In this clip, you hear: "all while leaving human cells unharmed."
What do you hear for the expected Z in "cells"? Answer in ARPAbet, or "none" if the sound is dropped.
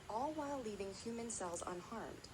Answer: Z